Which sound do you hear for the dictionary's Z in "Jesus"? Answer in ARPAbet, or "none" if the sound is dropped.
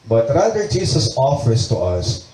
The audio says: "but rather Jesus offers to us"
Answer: S